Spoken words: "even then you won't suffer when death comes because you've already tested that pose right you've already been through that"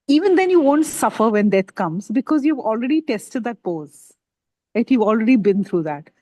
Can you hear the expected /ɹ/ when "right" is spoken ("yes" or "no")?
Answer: no